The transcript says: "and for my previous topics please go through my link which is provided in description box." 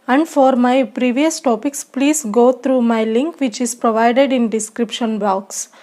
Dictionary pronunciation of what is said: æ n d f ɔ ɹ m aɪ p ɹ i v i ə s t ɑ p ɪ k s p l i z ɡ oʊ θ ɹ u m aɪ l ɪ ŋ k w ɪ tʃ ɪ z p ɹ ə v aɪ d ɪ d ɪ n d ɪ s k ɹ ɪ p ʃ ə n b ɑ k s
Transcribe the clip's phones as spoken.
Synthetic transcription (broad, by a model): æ n d f ɔ ɹ m aɪ p ɹ i v i ə s t ɑ p ɪ k s p l i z ɡ oʊ t ɹ u m aɪ l ɪ ŋ k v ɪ tʃ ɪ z p ɹ ə v aɪ d ɪ d ɪ n d ɪ s k ɹ ɪ p ʃ ə n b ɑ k s